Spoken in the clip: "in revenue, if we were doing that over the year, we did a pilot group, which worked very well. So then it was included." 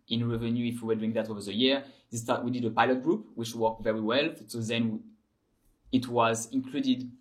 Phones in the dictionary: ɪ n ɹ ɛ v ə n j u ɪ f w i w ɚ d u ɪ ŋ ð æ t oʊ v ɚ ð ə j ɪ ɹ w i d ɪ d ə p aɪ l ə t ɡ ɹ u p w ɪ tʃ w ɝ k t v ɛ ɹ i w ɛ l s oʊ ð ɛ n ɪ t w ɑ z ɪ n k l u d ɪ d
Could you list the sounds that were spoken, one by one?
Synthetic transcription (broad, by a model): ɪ n ɹ ɛ v ə n j u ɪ f w i w ɚ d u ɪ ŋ ð æ t oʊ v ɚ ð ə j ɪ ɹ w i d ɪ d ə p aɪ l ə t ɡ ɹ u p w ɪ tʃ w ɝ k t v ɛ ɹ i w ɛ l s oʊ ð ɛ n ɪ t w ɑ z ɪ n k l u d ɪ d